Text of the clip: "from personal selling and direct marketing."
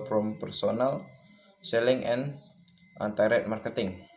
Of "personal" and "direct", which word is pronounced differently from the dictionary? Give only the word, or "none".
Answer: direct